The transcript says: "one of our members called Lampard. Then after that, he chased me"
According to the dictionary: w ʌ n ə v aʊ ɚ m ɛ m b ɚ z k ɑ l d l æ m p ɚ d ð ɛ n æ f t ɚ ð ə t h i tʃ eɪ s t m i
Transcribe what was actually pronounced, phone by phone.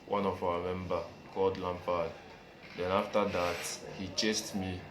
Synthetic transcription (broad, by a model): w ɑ n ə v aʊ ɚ m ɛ m b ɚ k ɑ l d l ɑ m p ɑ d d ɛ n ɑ f t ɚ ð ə t h i tʃ eɪ s t m i